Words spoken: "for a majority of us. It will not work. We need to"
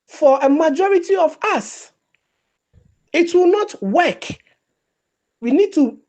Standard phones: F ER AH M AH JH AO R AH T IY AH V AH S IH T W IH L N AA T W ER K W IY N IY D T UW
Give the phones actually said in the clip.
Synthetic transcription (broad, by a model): F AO AH M AH JH AO R AH T IY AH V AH S IH T W IH L N AA T W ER K W IY N IY D T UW